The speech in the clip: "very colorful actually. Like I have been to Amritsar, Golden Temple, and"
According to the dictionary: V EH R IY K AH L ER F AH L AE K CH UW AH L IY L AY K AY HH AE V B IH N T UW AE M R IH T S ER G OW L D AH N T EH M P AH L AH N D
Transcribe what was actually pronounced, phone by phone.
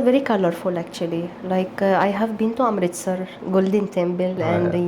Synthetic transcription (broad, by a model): V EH R IY K AH L ER F AH L AE K CH UW AH L IY L AY K AY HH AE V B IH N T UW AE M R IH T S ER G OW L D AH N T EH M B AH L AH N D